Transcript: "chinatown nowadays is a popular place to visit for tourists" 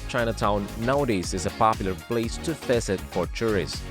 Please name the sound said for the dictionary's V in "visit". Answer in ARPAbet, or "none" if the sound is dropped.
F